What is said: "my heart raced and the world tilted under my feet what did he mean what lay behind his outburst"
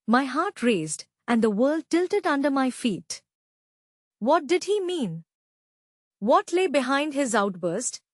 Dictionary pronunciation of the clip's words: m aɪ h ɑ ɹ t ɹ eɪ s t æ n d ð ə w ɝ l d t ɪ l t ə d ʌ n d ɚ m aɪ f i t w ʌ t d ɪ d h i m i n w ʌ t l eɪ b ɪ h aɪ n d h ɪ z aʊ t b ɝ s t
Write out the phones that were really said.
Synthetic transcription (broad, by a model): m aɪ h ɑ ɹ t ɹ eɪ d t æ n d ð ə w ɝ l d t ɪ l t ə d ʌ n d ɚ m aɪ f i t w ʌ t d ɪ d h i m i n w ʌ t l eɪ b ɪ h aɪ n d h ɪ z aʊ t b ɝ s t